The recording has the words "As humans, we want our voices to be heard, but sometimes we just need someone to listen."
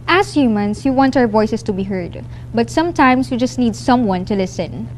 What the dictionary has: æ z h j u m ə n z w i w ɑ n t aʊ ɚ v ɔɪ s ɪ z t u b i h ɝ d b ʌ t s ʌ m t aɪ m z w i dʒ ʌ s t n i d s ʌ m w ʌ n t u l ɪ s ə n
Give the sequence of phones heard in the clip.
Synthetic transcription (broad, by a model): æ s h j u m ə n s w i w ɑ n t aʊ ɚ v ɔɪ s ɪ s t u b i h ɝ d b ʌ t s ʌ m t aɪ m s w i dʒ ʌ s t n i d s ʌ m w ʌ n t u l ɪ s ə n